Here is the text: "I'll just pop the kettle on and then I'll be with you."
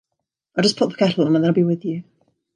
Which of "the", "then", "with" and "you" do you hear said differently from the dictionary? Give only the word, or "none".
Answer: then